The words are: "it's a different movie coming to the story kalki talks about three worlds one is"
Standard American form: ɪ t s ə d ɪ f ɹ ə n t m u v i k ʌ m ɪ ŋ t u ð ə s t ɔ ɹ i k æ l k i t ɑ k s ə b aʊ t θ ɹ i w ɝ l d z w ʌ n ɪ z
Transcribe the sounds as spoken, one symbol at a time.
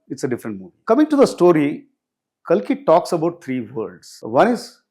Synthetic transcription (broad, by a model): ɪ t s ə d ɪ f ɹ ə n t m u v i k ʌ m ɪ ŋ t u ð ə s t ɔ ɹ i k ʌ l k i t ɑ k s ə b aʊ t t ɹ i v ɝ d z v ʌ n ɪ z